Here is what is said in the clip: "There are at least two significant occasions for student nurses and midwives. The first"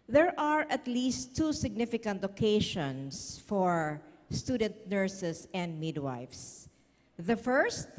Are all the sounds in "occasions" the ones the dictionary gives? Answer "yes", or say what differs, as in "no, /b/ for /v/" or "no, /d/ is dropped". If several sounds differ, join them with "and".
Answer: no, /ʃ/ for /ʒ/ and /s/ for /z/